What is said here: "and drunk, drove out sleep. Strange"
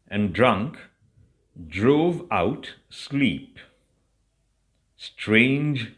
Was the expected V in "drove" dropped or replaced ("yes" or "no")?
no